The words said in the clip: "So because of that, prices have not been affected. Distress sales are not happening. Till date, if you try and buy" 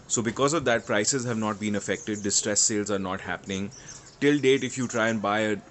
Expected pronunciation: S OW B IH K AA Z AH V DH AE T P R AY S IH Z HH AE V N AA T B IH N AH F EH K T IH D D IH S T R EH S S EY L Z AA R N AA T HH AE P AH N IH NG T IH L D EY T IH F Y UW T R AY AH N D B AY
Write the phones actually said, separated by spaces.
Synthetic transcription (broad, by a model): S OW B IH K AA Z AH V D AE T P R AY S IH Z HH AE V N AA T B IH N AH F EH K T IH D D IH S T R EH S S EY L Z AA R N AA T HH AE P AH N IH NG T IH L D EY T IH F Y UW T R AY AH N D B AY